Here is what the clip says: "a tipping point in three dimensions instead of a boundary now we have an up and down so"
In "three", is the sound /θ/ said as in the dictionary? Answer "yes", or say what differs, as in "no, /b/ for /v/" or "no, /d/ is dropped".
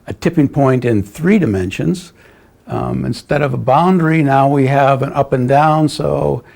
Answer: yes